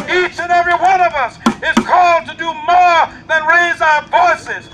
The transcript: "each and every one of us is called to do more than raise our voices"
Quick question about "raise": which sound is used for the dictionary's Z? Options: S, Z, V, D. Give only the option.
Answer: Z